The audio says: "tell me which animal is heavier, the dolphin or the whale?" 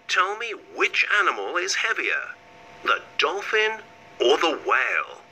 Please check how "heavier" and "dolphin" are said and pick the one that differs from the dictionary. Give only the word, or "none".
none